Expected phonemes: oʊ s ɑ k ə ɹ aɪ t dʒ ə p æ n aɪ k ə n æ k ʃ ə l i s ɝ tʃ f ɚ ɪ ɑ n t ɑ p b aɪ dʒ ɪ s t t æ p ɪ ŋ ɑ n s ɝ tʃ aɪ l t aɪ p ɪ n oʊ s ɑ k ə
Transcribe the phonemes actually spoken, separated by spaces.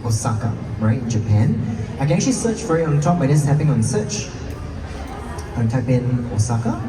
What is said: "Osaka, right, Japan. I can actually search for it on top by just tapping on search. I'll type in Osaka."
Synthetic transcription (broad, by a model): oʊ s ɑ k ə ɹ aɪ t dʒ ə p æ n aɪ k ə n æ k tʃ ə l i s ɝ tʃ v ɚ ɪ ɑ n t ɑ p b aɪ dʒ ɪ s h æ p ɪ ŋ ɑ n s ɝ tʃ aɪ n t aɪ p ɪ n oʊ s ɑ k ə